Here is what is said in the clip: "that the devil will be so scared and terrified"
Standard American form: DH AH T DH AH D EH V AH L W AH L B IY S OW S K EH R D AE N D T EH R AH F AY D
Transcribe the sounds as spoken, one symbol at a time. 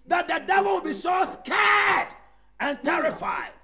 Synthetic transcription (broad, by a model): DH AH T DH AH D EH V AH L W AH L B IY S OW S K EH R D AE N T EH R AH F AY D